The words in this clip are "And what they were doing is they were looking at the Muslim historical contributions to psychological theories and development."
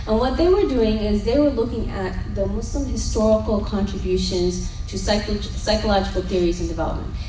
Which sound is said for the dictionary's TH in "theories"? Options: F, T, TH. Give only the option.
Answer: TH